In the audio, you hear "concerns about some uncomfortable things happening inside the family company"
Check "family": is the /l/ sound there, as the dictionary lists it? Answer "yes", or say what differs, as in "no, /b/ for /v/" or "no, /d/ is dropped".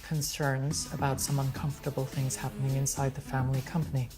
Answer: yes